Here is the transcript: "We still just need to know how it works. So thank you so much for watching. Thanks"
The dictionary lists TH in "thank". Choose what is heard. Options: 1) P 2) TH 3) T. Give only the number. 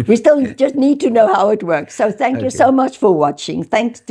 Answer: 2